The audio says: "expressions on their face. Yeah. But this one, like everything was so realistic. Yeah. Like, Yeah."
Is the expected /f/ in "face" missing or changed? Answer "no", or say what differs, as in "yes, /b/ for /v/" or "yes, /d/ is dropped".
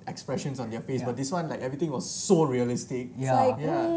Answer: no